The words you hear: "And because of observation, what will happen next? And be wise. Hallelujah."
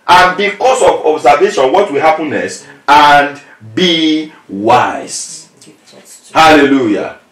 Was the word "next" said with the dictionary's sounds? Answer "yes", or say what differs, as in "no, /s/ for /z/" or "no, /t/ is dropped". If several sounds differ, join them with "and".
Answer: no, /k/ is dropped